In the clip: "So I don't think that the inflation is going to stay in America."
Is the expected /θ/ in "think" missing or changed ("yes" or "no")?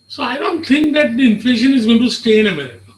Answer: yes